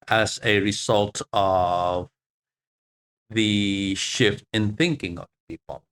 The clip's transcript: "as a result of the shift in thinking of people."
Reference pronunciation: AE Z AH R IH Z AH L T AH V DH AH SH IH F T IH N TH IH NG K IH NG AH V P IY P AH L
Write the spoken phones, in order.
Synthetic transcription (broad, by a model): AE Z AH R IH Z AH L T AH V DH AH SH IH F T IH N TH IH NG K IH NG AH V P IY P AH L